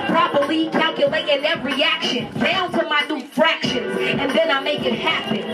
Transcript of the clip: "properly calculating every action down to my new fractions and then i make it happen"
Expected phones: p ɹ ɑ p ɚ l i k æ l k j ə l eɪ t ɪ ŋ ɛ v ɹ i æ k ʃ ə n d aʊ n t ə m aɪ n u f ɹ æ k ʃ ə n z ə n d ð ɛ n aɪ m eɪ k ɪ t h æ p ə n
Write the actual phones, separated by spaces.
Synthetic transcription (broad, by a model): p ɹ ɑ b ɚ l i k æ l k j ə l eɪ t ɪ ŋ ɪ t ɹ i æ k ʃ ə n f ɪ l t ə m aɪ n u f ɹ æ k ʃ ə n z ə n ð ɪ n aɪ m eɪ k ɪ t h æ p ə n